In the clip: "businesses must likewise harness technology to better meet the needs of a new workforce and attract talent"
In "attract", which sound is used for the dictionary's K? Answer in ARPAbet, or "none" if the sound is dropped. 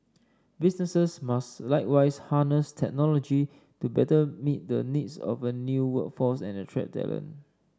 none